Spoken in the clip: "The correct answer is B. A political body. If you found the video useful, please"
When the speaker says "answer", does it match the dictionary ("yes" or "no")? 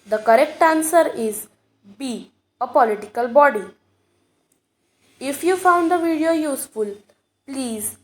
yes